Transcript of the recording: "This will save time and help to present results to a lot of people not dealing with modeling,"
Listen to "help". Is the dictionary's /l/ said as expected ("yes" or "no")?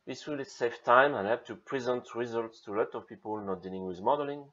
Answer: no